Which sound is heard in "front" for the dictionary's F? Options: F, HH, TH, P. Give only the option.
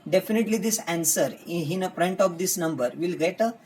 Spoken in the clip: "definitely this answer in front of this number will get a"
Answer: P